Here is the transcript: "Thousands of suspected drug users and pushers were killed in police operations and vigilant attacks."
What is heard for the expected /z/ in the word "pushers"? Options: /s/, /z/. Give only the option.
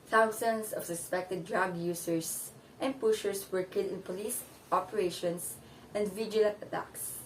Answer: /s/